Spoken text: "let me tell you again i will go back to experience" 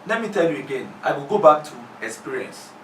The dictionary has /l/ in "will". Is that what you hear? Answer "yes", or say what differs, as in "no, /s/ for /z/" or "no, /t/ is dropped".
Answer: yes